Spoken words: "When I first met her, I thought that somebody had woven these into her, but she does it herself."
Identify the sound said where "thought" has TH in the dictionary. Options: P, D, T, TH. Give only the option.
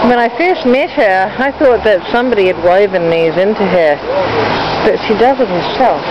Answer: TH